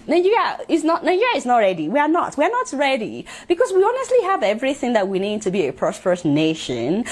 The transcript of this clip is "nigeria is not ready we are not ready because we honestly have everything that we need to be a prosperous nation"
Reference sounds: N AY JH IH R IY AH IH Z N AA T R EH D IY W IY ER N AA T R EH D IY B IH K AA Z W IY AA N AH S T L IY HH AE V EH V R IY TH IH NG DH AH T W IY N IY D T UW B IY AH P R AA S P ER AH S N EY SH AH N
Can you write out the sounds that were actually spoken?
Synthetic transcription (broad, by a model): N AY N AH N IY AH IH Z N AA T R EH D IY W IY ER N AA T R EH D IY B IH K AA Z W IY AA N AH S T L IY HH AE V EH V R IY TH IH NG DH AH T W IY N IY D T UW B IY AH P R AA S P ER AH S N EY SH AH N